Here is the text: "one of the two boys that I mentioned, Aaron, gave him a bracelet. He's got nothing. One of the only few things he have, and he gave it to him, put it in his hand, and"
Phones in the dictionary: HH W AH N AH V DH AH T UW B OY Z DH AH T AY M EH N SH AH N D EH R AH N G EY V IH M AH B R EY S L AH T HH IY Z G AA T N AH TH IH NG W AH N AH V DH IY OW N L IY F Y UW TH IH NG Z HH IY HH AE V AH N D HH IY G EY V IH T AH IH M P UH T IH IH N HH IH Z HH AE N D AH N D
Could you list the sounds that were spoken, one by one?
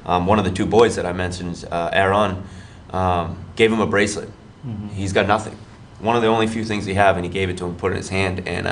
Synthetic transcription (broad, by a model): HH W AH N AH V DH AH T UW B OY Z DH AH T AY M EH N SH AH N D EH R AH N G EY V IH M AH B R EY S L AH T HH IY Z G AA T N AH TH IH NG W AH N AH V DH IY OW N L IY F Y UW TH IH NG Z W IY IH V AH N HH IY G EY V IH T AH IH M P UH T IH IH N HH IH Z HH AE N D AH N